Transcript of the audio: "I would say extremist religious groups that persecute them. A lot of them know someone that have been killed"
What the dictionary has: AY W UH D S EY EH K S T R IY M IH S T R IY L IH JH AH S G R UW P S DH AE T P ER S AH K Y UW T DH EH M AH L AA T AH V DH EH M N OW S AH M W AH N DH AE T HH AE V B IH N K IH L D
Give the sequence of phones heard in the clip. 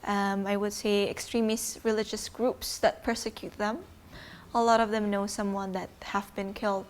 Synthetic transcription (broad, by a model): AY W UH D S EY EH K S T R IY M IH S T R IY L IH JH AH S G R UW P S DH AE T P ER S AH K Y UW T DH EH M AH L AA T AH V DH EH M N OW S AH M W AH N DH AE T HH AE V B IH N K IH L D